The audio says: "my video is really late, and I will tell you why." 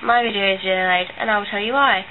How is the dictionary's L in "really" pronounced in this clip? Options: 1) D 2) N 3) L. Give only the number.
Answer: 2